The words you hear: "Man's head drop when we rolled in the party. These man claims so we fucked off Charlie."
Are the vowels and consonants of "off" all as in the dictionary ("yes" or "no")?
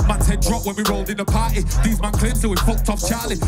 no